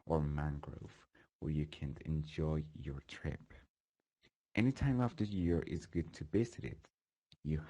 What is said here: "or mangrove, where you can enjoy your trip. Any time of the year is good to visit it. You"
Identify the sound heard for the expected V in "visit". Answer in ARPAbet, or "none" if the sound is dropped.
B